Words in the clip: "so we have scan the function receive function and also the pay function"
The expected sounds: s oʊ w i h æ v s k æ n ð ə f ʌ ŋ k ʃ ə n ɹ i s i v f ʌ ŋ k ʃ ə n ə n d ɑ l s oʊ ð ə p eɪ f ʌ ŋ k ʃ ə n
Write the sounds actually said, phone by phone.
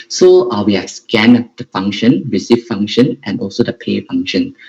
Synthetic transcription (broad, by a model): s oʊ w i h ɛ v s k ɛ n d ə f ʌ ŋ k ʃ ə n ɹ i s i f f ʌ ŋ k ʃ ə n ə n ɑ l s oʊ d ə p eɪ f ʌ ŋ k ʃ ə n